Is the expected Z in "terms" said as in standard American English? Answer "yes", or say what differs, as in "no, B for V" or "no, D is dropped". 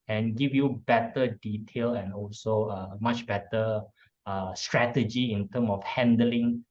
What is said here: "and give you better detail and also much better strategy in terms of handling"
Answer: no, Z is dropped